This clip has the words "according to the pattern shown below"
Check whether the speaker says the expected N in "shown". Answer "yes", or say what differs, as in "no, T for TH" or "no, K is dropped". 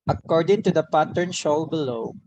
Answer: no, L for N